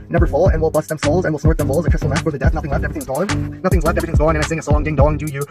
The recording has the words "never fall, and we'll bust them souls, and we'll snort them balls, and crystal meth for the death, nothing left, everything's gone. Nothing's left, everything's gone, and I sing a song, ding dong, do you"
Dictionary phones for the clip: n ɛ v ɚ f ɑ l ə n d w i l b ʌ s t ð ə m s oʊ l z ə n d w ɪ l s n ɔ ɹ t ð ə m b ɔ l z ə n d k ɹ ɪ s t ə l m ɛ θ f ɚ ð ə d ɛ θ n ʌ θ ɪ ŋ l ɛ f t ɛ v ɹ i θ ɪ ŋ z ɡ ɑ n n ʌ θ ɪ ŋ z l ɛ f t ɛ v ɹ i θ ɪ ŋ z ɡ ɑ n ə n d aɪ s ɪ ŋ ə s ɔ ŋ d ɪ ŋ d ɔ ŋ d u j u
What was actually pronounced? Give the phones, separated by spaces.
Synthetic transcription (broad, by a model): n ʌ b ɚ f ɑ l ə n w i l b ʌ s ð ə m s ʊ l z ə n w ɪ l s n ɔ ɹ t ð ə m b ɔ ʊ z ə k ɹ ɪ s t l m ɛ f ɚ ð ə d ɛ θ n ʌ θ ɪ ŋ l ɛ f t ɛ v ɹ i θ ɪ ŋ z ɡ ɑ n n ʌ θ ɪ ŋ z l ɛ f t ɛ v ɹ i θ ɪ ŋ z ɡ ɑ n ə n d aɪ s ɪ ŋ ə s ɔ ŋ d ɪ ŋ d ɔ ŋ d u j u